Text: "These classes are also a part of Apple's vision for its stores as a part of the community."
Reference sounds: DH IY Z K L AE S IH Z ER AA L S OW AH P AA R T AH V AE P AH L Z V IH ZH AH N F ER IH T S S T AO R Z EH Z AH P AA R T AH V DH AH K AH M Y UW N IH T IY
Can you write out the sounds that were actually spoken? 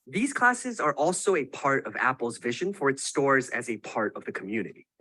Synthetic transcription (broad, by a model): DH IY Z K L AE S IH Z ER AA L S OW AH P AA R T AH V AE P L Z V IH ZH AH N F ER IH T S S T AO R Z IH Z AH P AA R T AH V DH AH K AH M Y UW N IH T IY